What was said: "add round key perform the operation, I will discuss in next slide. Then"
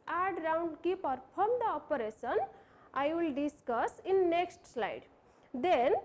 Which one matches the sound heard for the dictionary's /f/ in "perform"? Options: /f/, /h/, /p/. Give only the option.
/p/